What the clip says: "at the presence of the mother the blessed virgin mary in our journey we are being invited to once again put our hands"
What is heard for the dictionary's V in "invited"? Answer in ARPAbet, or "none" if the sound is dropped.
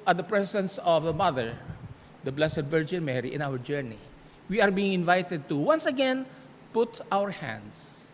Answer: V